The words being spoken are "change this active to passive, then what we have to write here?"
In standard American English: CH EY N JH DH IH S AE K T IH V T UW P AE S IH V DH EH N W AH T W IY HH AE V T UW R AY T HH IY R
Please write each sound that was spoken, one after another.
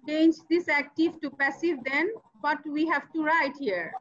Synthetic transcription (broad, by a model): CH EY N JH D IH S AE K T IH V T UW P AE S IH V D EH N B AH T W IY HH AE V T UW R AY T HH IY R